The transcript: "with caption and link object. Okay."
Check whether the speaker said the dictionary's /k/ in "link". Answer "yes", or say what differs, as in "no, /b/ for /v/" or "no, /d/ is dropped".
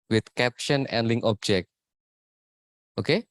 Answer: no, /k/ is dropped